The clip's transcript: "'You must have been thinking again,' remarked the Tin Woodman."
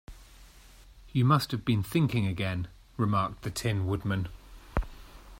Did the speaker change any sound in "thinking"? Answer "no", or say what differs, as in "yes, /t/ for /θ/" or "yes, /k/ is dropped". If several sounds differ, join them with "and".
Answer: no